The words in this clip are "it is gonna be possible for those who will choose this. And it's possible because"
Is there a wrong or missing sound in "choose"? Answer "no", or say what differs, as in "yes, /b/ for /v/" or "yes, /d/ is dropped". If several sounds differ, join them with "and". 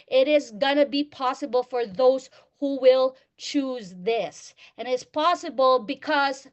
no